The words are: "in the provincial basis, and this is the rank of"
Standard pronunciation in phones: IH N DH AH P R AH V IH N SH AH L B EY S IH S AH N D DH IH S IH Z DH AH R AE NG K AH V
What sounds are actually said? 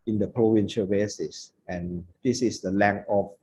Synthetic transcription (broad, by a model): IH N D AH P R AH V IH N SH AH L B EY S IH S AH N D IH S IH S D AH L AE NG AH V